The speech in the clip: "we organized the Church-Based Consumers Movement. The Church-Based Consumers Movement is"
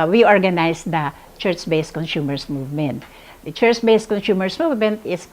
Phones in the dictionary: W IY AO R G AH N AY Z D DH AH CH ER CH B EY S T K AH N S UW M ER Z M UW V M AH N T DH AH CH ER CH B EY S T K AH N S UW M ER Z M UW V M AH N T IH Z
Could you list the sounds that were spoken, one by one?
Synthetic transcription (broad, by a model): W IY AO R G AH N AY S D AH CH ER CH B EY S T K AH N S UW M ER S M UW V M AH N T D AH CH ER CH B EY S T K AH N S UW M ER S M UW V M AH N T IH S